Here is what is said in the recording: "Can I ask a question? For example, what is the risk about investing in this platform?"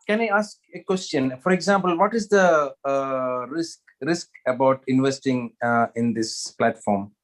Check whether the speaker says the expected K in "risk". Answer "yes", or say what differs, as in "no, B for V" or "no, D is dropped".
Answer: yes